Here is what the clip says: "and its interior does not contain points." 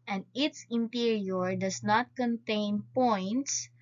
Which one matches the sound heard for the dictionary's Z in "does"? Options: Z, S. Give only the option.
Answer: S